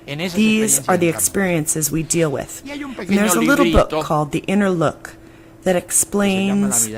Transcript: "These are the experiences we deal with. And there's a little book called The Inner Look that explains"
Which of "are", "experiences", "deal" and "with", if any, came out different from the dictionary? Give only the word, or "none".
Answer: none